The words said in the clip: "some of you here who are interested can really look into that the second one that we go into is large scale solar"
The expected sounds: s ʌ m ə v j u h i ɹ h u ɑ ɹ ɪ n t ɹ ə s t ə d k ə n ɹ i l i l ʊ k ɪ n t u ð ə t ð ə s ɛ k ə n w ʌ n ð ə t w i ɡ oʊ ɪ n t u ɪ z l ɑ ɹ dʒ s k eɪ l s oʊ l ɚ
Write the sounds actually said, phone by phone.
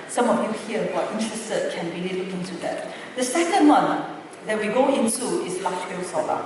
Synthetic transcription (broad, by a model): s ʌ m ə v j u h i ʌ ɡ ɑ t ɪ n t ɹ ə s t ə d k ə n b i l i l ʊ ɪ n t u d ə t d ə s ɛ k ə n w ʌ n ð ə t w i ɡ oʊ ɪ n t u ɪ s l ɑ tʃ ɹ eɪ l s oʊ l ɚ